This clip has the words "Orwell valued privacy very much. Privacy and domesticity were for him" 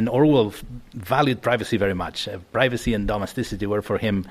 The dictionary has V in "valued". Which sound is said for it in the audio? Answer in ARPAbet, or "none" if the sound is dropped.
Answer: V